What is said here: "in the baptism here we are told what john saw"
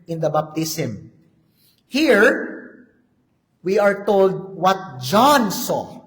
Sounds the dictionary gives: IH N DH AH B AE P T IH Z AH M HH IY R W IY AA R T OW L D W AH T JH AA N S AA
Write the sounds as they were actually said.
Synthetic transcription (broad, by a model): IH N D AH B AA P T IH S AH M HH IY R W IY AA R T OW L D W AH T JH AA N S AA